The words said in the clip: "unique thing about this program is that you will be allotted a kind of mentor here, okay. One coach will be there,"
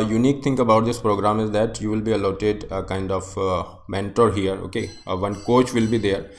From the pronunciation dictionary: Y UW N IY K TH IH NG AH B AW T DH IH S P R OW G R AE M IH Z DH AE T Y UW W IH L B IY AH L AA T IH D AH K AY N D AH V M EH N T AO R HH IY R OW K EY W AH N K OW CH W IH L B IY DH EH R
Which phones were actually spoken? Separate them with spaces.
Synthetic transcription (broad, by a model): Y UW N IY K T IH NG AH B AW T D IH S P R OW G R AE M IH Z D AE T Y UW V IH L B IY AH L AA T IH D AH K AY N D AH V M EH N T AO R HH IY R OW K EY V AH N K OW CH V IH L B IY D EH R